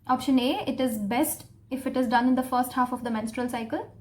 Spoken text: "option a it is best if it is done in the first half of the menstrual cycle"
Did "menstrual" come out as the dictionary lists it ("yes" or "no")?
yes